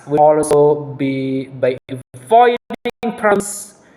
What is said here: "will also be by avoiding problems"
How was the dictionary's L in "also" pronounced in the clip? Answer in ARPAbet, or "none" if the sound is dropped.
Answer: none